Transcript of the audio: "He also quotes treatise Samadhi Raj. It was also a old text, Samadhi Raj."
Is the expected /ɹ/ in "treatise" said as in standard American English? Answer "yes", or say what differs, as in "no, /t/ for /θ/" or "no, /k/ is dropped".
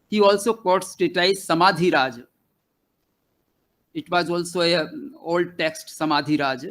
no, /ɹ/ is dropped